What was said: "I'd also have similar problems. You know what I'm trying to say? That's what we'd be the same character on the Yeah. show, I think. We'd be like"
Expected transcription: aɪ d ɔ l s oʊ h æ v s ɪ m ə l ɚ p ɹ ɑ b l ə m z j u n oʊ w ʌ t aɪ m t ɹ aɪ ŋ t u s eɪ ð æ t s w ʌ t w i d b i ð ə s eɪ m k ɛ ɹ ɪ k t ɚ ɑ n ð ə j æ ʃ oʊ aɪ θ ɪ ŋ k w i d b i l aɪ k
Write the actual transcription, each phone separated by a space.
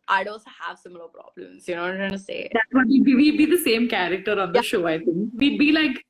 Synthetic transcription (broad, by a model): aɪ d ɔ s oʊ h æ v s ɪ m ə l ɚ p ɹ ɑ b l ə m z j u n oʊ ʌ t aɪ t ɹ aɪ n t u s eɪ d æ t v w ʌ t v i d b i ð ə s eɪ m k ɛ ɹ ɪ k t ɚ ɑ n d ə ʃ ʃ oʊ aɪ t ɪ ŋ k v i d b i l aɪ k